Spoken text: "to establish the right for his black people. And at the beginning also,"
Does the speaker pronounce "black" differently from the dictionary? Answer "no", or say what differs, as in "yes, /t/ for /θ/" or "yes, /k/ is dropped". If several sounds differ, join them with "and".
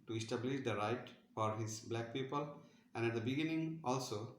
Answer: no